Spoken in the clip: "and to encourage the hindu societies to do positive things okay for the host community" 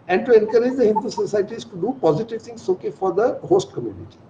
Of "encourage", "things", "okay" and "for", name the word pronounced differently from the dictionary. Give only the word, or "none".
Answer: things